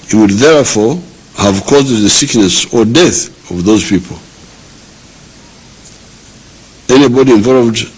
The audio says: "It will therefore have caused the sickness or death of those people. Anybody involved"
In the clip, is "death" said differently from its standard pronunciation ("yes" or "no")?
no